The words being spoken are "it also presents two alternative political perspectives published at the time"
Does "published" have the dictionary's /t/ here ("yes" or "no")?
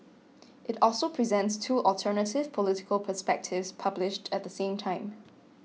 yes